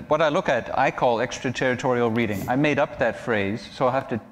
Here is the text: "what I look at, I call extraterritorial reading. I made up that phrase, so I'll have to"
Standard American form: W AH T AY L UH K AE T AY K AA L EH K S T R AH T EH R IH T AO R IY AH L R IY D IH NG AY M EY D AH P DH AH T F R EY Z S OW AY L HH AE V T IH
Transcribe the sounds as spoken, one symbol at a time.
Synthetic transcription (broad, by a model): W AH T AY L UH K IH T AY K AA L EH K S T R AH T EH R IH T AO R IY L R IY D IH NG AY M EY D AH P DH AH T F R EY Z S OW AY HH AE F T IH